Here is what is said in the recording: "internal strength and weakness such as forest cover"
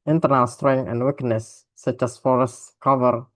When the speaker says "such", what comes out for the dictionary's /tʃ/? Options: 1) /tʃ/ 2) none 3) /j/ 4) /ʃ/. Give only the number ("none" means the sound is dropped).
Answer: 1